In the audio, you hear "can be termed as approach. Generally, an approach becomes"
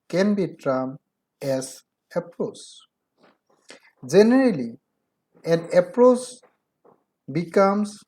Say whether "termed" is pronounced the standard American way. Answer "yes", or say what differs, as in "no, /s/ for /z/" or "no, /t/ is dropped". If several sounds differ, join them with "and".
no, /d/ is dropped